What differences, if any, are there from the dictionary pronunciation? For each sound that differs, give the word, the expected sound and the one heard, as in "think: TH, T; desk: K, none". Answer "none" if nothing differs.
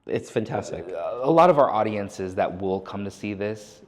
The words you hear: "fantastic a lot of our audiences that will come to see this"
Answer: none